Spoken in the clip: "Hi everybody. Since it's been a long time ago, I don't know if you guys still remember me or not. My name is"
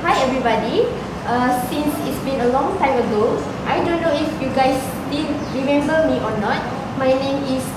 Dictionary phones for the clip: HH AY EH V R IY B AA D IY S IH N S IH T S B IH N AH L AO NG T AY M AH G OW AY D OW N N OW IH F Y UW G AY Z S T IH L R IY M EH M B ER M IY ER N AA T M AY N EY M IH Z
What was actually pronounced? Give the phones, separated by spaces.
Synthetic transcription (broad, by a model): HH AY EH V R IY B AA D IY S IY N S IH T S B IH N AH L AO NG T AY M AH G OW AY D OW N N OW IH F Y UW G AY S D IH N R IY M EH M B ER M IY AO N AA T M AY N EY M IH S